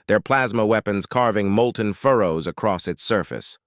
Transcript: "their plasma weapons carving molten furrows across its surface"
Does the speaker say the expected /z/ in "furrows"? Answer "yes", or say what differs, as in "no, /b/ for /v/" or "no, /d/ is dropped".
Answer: yes